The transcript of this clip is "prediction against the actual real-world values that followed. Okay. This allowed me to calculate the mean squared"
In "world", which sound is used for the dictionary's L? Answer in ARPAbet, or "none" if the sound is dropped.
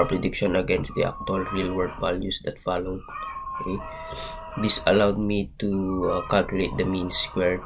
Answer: none